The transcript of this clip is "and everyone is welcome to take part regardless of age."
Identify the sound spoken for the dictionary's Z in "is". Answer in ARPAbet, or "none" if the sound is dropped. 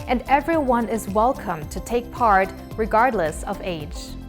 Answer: Z